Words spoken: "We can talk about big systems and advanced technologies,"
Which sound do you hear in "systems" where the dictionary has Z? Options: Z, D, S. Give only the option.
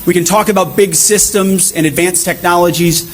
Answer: Z